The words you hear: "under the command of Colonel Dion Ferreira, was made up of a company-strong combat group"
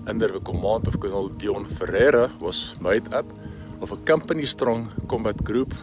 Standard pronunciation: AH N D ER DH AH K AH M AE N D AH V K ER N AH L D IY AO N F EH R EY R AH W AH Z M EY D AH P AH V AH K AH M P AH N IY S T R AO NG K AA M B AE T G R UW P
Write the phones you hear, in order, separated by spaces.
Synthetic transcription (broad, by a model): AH N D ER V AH K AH M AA N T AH F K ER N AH L D IY AO N F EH R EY R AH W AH S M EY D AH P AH F AH K AH M P AH N IY S T R AO NG K AA M B AE T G R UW P